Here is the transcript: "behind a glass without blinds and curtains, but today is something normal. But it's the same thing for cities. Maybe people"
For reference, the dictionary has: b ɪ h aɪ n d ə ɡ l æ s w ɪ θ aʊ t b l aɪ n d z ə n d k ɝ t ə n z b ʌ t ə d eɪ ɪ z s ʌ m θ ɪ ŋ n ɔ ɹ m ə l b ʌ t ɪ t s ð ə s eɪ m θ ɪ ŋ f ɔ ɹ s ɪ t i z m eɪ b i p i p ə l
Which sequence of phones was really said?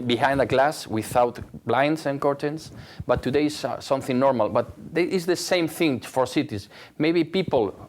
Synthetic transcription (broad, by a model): b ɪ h aɪ n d ə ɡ l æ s w ɪ θ aʊ t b l aɪ n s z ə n k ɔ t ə n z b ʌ t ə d eɪ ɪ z s ʌ m θ ɪ ŋ n ɔ ɹ m ə l b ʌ t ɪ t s ð ə s eɪ m θ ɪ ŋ f ɔ ɹ s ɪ t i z m eɪ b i p i p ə l